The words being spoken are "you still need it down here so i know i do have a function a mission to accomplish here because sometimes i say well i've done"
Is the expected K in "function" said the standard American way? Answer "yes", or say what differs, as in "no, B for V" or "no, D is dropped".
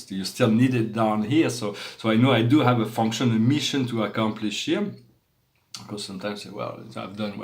yes